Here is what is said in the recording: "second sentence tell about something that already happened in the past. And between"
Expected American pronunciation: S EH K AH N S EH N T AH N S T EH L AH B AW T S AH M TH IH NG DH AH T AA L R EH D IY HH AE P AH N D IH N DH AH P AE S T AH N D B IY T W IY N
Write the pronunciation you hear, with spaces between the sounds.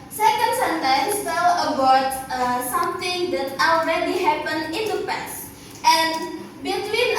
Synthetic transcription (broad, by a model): S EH K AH N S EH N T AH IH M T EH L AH B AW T S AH M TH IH NG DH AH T AA L R EH D IY HH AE P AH N IH N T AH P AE S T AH N B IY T W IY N